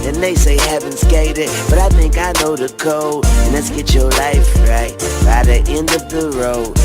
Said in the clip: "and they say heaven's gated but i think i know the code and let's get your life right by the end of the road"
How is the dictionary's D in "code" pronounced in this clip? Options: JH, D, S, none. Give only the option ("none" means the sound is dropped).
none